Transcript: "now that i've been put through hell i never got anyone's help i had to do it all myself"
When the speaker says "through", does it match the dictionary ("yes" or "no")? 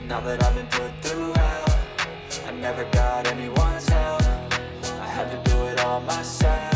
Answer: yes